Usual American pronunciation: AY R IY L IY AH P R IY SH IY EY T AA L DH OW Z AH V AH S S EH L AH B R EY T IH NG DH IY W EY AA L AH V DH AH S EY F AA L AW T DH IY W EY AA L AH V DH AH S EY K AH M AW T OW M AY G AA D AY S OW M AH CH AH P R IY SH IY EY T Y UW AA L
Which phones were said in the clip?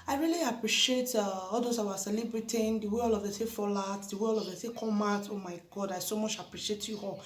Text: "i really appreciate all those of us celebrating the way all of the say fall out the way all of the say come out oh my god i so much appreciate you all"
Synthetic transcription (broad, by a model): AY R IY L IY AH P R IY SH IY EY T AA L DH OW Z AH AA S S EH L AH B R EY T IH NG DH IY W EY AA L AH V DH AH S EY F AA L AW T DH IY W EY AA L AH V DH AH S EY K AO M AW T OW M AY G AA D AY S OW M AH CH AH P R IY SH IY EY T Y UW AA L